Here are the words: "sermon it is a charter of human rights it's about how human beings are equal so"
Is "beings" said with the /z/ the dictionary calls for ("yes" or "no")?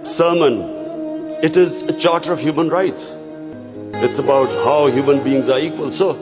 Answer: yes